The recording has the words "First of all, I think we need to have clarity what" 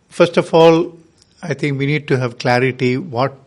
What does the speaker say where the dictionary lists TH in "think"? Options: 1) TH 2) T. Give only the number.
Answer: 2